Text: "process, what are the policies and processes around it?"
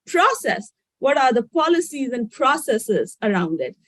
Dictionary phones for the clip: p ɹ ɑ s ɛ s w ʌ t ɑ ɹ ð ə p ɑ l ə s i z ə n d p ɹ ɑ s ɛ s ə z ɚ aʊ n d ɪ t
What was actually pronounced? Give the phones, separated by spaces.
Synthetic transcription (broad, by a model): p ɹ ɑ s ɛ s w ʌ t ɑ ɹ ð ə p ɑ l ə s i z ə n d p ɹ ɑ s ɛ s ə z ɚ aʊ n d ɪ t